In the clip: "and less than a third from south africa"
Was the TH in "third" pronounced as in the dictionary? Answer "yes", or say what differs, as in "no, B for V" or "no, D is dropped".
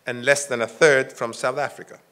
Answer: yes